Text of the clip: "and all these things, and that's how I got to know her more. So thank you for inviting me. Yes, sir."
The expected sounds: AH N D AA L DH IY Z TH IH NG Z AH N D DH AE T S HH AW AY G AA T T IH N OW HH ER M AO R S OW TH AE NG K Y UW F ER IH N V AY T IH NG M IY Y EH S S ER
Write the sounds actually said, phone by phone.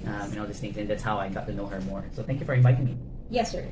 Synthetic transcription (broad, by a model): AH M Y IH N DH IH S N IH Z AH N DH AE T S HH AW AY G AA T T IH N OW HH ER M AO R S OW TH AE NG K Y UW F ER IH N V AY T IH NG M IY Y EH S S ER